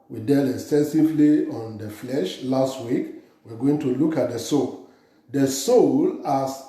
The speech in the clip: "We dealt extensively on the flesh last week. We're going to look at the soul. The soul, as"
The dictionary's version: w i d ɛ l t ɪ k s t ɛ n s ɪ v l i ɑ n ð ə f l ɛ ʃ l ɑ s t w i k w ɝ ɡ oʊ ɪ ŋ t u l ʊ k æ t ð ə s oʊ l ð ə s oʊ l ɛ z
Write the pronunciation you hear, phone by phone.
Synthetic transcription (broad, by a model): w i d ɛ l ɪ k s t ɛ n s ɪ v l i ɑ n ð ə f l ɛ ʃ l ɑ s t w i k w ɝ ɡ oʊ ɪ ŋ t u l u k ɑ t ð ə s oʊ l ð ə s oʊ l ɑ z